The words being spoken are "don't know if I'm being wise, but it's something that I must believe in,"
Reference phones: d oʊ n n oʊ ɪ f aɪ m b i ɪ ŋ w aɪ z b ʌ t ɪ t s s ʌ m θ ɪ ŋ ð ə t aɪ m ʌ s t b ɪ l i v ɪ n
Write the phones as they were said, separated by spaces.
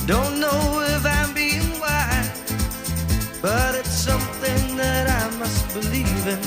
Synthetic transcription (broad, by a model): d oʊ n n oʊ ɪ f aɪ m b i ɪ ŋ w aɪ b ʌ t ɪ t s s ʌ m θ ɪ ŋ ð ə t aɪ m ʌ s t b ɪ l i v ɪ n